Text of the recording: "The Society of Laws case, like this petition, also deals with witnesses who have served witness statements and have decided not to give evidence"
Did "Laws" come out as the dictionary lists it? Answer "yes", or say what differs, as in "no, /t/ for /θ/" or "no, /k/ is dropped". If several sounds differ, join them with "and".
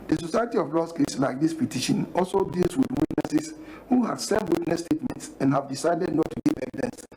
no, /s/ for /z/